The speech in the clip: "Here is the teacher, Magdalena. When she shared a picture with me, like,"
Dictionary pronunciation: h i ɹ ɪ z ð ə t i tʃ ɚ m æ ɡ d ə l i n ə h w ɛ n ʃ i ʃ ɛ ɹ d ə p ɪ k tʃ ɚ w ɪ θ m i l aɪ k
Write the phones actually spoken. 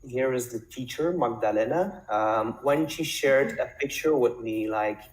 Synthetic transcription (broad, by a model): h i ɹ ɪ z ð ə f i tʃ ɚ m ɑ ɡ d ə l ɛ n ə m w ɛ n ʃ i ʃ ɛ ɹ d ə p ɪ k tʃ ɚ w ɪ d m i l aɪ k